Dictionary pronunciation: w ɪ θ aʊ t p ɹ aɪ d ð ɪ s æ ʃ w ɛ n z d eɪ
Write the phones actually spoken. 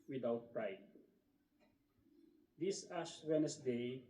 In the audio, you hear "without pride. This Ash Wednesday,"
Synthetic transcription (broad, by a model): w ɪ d aʊ t p ɹ aɪ d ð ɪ s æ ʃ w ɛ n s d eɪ